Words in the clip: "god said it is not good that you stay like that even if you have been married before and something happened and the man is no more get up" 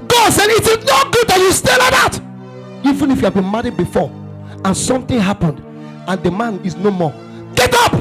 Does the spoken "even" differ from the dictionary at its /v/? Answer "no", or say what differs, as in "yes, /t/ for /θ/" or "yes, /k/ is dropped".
no